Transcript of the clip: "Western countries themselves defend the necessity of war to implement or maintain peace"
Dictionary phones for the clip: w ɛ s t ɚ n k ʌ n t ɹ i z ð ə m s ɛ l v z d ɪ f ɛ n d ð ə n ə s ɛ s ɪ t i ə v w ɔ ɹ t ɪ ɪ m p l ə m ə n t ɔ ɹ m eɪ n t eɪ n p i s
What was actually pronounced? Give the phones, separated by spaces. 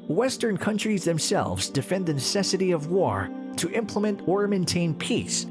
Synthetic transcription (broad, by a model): w ɛ s t ɚ n k ʌ n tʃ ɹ i z ð ə m s ɛ l v z d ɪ f ɛ n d ð ə n ə s ɛ s ɪ t i ə v w ɔ ɹ t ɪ ɪ m p l ə m ə n t ɔ ɹ m eɪ n t eɪ n p i s